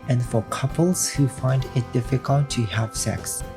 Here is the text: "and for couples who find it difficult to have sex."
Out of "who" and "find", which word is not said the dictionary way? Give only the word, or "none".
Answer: none